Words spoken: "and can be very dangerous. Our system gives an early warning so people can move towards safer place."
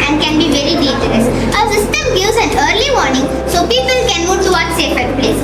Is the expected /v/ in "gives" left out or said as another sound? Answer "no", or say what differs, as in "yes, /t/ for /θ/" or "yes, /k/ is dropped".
yes, /v/ is dropped